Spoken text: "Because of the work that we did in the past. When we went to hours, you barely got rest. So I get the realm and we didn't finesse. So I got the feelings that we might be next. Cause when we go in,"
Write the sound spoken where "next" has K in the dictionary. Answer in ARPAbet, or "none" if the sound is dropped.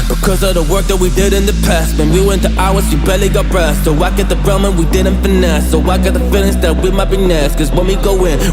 none